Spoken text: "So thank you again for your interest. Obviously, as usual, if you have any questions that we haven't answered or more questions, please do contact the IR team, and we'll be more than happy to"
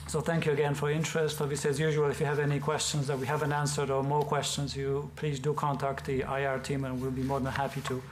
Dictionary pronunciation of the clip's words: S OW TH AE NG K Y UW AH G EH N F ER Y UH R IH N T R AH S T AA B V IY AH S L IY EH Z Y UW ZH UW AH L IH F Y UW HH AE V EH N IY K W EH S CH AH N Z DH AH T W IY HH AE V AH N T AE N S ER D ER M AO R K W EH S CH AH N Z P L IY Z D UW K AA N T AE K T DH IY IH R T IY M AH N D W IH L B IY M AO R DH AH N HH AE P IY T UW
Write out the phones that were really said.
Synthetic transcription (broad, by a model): S OW TH AE NG K Y UW AH G EH N F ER R IH N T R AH S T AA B V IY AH S L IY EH Z Y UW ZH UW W L IH F Y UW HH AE V EH N IY K W EH S CH AH N Z DH AH T W IY HH AE V AH N T AE N S ER D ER M AO R K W EH S CH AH N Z P L IY Z D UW K AA N T AE K T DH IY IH R T IY M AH N W IH L B IY M AO R DH AH N HH AE P IY T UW